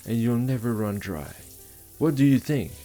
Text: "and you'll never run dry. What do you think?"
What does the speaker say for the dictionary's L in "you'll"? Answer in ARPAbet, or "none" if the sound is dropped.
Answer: L